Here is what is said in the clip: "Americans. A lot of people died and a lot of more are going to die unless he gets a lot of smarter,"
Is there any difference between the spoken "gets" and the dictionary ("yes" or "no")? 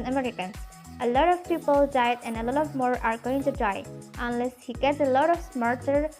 yes